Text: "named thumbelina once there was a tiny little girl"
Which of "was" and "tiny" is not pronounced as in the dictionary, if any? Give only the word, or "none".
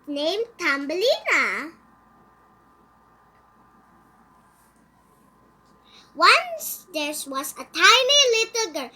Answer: was